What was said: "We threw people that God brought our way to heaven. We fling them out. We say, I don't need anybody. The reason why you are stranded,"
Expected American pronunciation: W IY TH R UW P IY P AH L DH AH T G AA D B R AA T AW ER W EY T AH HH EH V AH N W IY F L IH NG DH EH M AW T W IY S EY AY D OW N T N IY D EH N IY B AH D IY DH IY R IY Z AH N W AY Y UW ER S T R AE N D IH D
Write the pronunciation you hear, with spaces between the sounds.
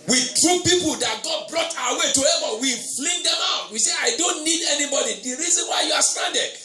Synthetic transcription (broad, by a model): W IY T R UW P IY P AH L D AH T G AA D B R AA T AW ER W EY T AH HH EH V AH W IY F L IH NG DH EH M AW T W IY S EY AY D OW N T N IY D EH N IY B AH D IY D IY R IY Z AH N W AY Y UW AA S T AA N D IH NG